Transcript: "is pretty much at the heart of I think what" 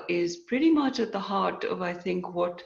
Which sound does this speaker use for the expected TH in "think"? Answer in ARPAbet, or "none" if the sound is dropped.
TH